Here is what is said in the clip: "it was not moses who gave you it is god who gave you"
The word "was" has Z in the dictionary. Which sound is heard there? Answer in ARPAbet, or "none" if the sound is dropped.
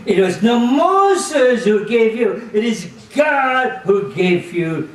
Z